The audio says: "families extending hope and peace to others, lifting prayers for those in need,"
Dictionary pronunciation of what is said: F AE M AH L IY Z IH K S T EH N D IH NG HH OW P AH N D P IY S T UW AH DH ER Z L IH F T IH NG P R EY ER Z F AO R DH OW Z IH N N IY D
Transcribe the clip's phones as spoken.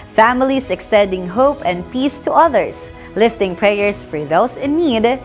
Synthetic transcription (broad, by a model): F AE M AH L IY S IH K S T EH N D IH NG HH OW P AH N D P IY S T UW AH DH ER S L IH F T IH NG P R EY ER S F AO R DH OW S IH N N IY D